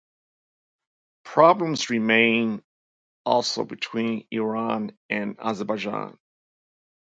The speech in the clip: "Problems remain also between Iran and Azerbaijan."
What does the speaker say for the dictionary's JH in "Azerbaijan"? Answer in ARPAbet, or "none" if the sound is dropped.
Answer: JH